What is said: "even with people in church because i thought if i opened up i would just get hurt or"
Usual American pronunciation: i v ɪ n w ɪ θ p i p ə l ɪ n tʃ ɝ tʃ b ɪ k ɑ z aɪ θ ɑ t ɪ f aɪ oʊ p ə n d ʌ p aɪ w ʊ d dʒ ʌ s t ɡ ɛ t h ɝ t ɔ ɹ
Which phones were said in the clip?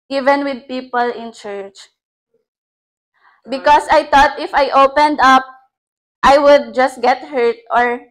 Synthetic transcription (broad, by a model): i v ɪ n w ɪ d p i p ə l ɪ n tʃ ɝ tʃ b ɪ k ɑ s aɪ t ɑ t ɪ f aɪ oʊ p ə n d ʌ p aɪ w ʊ d dʒ ʌ s t ɡ ɛ t h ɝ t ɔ ɹ